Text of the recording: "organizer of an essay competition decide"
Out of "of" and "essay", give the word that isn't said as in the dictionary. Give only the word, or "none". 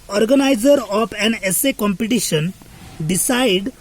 of